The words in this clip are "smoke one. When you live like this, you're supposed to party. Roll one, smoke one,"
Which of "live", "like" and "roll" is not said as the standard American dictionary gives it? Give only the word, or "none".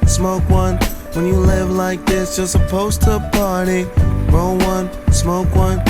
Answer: roll